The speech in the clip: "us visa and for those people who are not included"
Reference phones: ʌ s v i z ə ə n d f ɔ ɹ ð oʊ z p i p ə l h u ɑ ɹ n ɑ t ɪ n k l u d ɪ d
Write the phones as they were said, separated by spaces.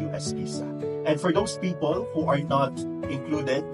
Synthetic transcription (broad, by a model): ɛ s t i s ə ə n d f ɔ ɹ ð oʊ s p i p ə l h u ɑ ɹ n ɑ t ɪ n k l u d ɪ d